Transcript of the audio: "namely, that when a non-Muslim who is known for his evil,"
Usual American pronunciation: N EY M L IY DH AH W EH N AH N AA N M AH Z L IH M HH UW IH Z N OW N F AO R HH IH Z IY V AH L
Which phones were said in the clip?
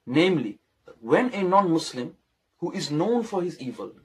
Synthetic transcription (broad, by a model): N EY M L IY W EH N AH N AA N M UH S L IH M HH UW IH Z N OW N F AO R HH IH Z IY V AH L